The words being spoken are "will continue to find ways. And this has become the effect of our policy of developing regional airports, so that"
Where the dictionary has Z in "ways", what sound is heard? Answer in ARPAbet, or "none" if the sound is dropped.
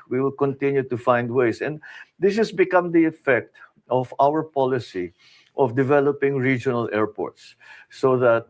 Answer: S